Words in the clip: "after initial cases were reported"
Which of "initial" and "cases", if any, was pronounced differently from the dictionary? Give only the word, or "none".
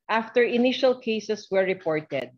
cases